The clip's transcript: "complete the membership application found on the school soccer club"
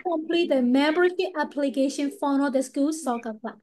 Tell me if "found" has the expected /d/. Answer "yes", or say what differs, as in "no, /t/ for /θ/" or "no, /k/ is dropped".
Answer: no, /d/ is dropped